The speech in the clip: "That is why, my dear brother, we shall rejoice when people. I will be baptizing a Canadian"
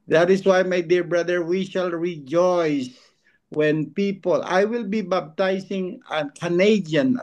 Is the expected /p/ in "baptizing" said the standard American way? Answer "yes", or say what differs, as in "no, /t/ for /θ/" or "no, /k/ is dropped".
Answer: no, /b/ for /p/